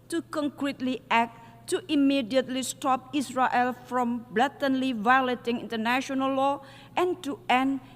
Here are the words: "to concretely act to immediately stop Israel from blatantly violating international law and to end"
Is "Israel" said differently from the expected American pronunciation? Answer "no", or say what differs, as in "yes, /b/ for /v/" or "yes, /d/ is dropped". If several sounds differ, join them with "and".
yes, /s/ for /z/